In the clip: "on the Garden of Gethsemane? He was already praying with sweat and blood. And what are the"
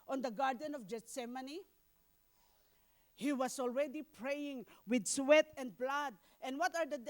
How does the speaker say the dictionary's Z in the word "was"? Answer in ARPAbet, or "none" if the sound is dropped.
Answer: S